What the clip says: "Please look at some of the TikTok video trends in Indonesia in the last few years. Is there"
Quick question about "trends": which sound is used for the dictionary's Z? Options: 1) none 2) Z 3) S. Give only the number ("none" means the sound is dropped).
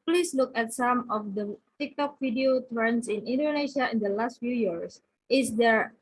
3